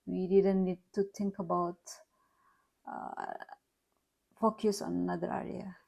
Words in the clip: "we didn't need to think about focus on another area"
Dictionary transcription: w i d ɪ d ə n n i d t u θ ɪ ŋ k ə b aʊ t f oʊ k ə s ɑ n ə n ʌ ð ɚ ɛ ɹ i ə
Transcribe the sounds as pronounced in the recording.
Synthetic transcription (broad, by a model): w i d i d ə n n i d t u t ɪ ŋ k ə b aʊ t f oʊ k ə s ɑ n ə n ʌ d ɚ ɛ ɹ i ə